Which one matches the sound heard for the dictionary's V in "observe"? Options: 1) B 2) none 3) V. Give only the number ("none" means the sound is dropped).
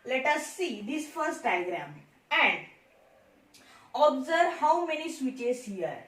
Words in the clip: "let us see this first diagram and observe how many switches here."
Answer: 3